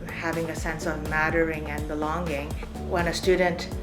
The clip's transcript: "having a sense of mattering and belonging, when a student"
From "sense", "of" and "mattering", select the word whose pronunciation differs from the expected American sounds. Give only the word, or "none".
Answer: none